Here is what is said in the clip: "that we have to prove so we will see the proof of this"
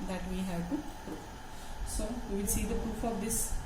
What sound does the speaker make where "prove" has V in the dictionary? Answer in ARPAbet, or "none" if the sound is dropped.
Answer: F